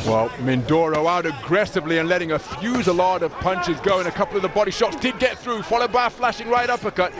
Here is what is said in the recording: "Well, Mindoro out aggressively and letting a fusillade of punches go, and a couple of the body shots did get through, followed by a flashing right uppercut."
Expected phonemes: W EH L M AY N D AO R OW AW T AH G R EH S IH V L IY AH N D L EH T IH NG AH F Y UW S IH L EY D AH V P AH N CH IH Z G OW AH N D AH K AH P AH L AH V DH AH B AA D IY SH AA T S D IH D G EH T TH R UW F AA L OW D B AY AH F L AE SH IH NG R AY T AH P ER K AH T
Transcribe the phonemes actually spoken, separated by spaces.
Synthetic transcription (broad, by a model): W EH L M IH N D AO R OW AW T AH G R EH S IH V L IY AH N L EH T IH NG AH F Y UW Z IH L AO D AH V P AH N CH IH Z G OW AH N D AH K AH P L AH V DH AH B AA D IY SH AA T S D IH D G EH T TH R UW F AA L OW D B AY AH F L AE SH IH NG R AY T AH P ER K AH T